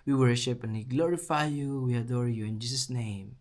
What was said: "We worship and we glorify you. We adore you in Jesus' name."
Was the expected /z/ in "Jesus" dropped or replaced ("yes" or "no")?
yes